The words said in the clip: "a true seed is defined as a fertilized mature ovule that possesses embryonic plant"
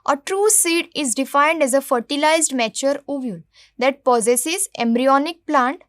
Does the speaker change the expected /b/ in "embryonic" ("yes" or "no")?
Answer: no